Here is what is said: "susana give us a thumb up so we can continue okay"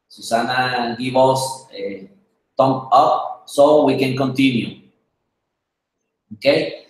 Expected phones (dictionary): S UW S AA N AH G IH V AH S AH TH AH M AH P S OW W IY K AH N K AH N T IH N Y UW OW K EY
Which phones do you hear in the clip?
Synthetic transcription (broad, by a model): S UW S AA N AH G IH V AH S AH T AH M AH P S OW W IY K AH N K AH N T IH N Y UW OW K EY